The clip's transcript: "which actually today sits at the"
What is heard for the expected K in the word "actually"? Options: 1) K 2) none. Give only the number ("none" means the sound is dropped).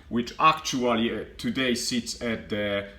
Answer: 1